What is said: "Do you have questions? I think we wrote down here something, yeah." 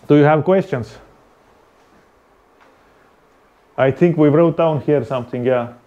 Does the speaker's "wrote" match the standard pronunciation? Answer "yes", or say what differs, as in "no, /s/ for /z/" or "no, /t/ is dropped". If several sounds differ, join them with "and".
yes